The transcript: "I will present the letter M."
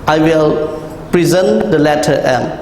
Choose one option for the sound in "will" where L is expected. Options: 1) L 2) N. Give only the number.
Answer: 1